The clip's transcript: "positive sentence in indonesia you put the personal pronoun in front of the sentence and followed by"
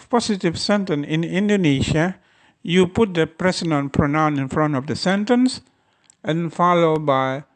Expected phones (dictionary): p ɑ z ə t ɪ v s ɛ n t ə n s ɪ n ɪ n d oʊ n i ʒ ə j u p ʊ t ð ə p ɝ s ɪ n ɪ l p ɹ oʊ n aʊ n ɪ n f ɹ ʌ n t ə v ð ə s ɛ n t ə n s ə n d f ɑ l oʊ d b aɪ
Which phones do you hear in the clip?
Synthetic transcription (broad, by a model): p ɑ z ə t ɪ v s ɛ n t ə n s ɪ n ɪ n d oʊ n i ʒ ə j u p ʊ t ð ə p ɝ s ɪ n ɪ n p ɹ oʊ n aʊ n ɪ n f ɹ ʌ n t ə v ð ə s ɛ n t ə n s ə n f ɑ l oʊ d b aɪ